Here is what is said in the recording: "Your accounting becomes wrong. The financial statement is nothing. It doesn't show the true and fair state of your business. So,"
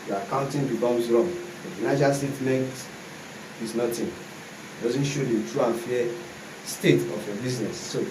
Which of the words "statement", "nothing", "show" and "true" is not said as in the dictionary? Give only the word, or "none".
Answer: nothing